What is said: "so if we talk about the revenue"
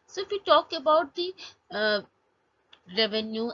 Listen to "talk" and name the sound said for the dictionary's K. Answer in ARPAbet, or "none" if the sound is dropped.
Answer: K